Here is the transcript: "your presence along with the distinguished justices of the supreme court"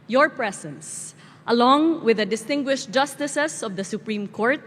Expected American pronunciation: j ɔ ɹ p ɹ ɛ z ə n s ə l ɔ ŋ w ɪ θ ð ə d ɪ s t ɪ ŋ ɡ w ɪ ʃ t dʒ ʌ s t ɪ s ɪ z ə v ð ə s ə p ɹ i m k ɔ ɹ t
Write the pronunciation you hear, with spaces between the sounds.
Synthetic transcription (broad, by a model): j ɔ ɹ p ɹ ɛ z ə n s ə l ɔ ŋ w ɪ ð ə d ɪ s t ɪ ŋ ɡ w ɪ ʃ t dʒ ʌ s t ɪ s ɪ s ə v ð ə s ə p ɹ i m k ɔ ɹ t